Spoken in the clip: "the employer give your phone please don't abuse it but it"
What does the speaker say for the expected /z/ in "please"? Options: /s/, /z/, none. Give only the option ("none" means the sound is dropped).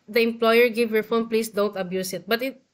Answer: /s/